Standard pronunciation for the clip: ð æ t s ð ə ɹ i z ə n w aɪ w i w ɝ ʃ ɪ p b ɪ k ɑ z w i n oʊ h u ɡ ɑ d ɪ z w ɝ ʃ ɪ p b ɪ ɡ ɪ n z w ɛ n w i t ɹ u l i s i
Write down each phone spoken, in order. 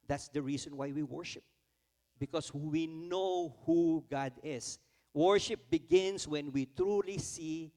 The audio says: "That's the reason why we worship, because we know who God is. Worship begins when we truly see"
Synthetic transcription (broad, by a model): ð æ t s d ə ɹ i s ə n w aɪ w i w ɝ ʃ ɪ p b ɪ k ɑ s w i n oʊ h u ɡ ɑ d ɪ s w ɝ ʃ ɪ p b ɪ ɡ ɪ n s w ɛ n w i t ɹ u l i s i